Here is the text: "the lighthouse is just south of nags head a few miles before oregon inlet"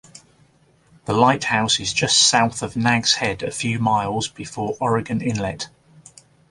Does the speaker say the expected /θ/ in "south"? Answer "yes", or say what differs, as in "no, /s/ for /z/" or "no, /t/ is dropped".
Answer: yes